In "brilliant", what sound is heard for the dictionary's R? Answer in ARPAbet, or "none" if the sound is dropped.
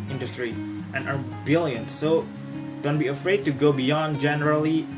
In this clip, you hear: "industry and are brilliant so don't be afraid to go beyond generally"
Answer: none